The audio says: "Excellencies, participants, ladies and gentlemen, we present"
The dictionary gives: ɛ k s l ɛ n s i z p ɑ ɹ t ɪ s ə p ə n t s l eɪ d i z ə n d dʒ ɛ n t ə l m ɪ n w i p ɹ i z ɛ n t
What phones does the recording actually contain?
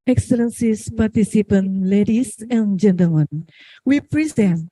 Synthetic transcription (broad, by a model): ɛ k s l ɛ n s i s p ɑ ɹ t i s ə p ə n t l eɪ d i s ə n dʒ ɛ n t ə l m ɪ n w i p ɹ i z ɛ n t